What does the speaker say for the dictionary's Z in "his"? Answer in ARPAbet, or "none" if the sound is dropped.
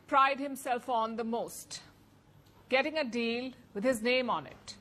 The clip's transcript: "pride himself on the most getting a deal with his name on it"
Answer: Z